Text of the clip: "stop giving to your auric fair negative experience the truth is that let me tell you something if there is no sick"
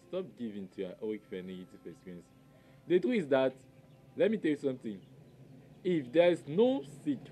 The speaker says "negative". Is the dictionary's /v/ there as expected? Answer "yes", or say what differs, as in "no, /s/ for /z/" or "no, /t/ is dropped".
no, /f/ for /v/